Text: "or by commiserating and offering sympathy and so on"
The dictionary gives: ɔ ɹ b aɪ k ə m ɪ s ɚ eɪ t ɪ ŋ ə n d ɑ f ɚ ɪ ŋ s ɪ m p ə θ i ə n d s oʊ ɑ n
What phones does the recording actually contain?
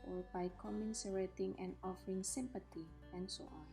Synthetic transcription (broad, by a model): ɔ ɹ b aɪ k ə m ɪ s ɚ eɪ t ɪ ŋ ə n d ɑ f ɚ ɪ ŋ s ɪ m p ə t i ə n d s oʊ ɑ n